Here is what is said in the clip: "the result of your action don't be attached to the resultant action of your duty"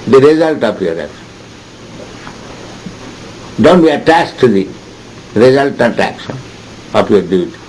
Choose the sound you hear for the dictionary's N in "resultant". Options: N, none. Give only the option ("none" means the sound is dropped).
none